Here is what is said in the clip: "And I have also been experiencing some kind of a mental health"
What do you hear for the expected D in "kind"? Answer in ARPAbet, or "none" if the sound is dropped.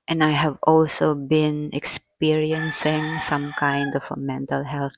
D